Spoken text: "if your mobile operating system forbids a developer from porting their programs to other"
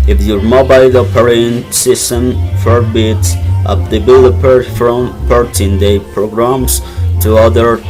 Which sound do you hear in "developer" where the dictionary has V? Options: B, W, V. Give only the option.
B